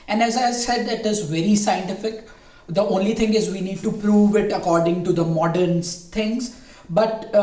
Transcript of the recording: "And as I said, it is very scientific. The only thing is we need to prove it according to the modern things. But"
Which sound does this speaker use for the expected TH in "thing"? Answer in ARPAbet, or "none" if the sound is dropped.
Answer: T